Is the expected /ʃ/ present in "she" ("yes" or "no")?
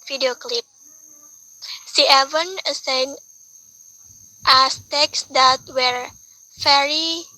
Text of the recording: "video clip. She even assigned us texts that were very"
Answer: no